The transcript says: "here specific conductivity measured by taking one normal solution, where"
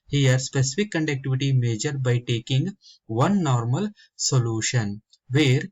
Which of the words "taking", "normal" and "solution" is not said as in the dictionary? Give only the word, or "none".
none